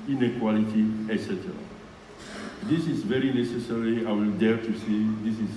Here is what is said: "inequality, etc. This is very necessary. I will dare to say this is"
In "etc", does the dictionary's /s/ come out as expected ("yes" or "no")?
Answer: yes